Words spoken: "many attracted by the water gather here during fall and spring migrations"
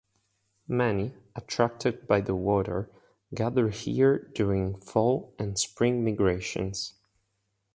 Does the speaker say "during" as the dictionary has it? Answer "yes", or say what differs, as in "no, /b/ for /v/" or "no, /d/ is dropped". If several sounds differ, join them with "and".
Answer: no, /ɹ/ is dropped